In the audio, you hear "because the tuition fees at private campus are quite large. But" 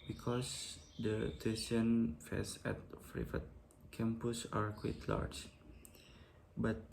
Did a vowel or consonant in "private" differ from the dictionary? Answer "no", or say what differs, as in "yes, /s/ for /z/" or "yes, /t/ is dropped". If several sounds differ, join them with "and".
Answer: yes, /f/ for /p/